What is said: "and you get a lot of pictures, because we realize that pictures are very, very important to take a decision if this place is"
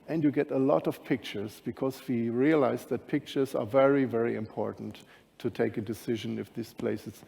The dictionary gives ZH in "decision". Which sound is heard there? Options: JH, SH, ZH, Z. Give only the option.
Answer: ZH